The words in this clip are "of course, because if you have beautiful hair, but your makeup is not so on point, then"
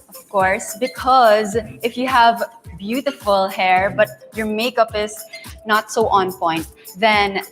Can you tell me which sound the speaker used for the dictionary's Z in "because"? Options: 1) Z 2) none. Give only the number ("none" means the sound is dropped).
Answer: 1